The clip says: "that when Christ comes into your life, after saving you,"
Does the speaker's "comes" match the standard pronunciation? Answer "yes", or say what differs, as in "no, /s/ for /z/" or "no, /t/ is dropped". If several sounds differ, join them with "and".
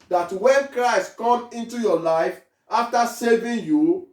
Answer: no, /z/ is dropped